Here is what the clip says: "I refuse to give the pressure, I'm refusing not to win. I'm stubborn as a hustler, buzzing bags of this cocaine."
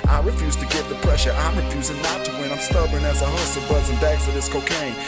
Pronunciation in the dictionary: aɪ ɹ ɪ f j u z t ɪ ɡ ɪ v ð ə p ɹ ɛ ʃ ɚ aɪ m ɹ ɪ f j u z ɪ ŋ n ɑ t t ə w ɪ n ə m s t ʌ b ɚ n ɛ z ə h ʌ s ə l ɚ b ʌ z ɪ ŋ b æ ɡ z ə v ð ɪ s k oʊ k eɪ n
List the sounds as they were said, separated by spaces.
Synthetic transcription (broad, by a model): aɪ ɹ ɪ f j u z t ɪ ɡ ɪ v ð ə p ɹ ɛ ʃ ɚ aɪ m ɹ ɪ f j u z ɪ ŋ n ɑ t t ə w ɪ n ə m s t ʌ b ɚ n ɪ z ə h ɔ ə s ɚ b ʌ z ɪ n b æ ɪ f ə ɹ ð ɪ s k oʊ k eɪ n